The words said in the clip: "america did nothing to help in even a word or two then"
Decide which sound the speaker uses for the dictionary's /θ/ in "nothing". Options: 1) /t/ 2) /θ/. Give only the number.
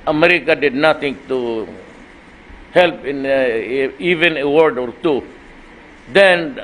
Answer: 1